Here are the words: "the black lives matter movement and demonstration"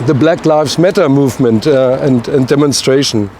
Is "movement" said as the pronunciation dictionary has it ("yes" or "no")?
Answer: yes